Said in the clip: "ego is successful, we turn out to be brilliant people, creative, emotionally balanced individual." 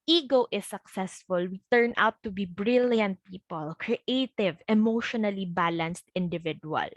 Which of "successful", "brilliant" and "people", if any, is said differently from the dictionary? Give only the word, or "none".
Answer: none